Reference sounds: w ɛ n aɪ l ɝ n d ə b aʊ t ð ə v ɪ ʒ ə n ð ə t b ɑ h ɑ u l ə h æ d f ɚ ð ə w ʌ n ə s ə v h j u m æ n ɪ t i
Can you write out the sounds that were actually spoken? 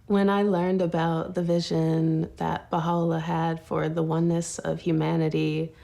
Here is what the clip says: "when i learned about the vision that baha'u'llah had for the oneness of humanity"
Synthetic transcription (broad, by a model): w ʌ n aɪ l ɝ n d ə b aʊ t ð ə v ɪ ʒ ə n ð ə t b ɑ h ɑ l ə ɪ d f ɚ ð ə w ʌ n ə s ə v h j u m æ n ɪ t i